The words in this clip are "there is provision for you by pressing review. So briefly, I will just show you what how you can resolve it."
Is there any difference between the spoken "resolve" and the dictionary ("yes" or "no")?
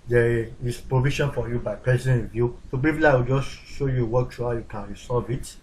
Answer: yes